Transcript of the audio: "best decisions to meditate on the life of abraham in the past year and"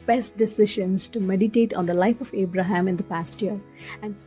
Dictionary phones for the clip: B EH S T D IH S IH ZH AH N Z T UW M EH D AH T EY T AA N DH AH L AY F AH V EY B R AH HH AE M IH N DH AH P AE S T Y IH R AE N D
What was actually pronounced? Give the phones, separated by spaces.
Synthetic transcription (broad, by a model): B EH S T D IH S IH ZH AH N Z T UW M EH D AH T EY T AA N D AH L AY F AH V EY B R AH HH AE M IH N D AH P AE S T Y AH R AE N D